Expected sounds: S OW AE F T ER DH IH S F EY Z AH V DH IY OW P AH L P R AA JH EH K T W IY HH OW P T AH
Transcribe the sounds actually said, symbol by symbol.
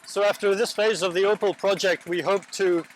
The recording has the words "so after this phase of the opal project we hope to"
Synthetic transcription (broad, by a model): S OW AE F T ER DH IH S F EY Z AH V DH IY OW P AH L P R AA JH EH K T W IY HH OW P T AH